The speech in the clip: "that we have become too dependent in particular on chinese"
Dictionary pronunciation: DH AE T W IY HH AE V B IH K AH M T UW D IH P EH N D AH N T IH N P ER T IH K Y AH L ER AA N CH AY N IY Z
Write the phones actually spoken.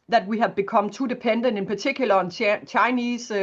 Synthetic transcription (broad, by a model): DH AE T W IY HH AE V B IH K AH M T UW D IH P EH N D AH N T IH N P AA S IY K Y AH L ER AA N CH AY N IY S